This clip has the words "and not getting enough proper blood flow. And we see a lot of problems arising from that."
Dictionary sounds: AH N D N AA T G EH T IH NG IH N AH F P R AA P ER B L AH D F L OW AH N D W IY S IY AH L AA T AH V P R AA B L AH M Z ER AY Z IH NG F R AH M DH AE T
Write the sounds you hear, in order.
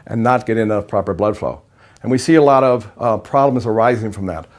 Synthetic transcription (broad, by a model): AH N N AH T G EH T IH IH N AH F P R AA P ER B L AH D F L OW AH N W IY S IY AH L AA T AH V P R AA B L AH M Z ER AY Z IH NG F R AH M DH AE T